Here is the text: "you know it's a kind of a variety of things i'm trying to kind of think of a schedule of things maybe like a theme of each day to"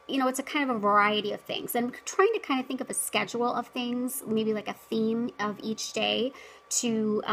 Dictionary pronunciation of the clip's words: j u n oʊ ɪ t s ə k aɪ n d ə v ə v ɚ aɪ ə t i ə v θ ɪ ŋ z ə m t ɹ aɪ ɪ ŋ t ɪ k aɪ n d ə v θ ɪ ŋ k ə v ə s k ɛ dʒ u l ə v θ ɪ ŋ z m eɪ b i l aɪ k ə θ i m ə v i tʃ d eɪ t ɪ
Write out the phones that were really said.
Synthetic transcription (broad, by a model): j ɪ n oʊ ɪ t s ə k aɪ n d ə v ə v ɚ aɪ ə t i ə v θ ɪ ŋ z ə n t ɹ aɪ ɪ ŋ t ɪ k aɪ n d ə θ ɪ ŋ k ə v ə s k ɛ dʒ u l ə v θ ɪ ŋ z m eɪ b i l aɪ k ə θ i m ə v i tʃ d eɪ t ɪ